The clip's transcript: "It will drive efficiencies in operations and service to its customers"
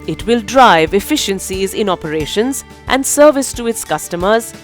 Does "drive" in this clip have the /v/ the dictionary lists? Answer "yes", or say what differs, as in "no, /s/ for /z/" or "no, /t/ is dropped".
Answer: yes